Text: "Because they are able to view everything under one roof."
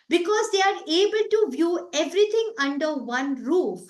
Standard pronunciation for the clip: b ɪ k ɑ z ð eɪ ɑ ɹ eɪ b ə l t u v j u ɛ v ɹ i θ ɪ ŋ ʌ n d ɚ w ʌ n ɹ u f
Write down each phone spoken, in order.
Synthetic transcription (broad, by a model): b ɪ k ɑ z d eɪ ɑ ɹ eɪ b ə l t u v j u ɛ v ɹ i t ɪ ŋ ʌ n d ɚ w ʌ n ɹ u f